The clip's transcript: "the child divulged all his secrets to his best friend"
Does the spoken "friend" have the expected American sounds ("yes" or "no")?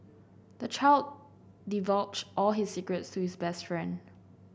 yes